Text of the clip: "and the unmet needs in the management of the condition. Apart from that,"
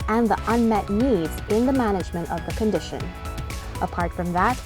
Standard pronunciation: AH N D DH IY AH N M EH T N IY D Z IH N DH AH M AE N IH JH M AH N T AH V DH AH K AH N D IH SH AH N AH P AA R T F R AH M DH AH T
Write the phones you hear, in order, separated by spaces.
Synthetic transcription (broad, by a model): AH N DH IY AH N M EH T N IY D Z IH N DH AH M AE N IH JH M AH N T AH V DH AH K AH N D IH SH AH N AH P AA R T F R AH M DH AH T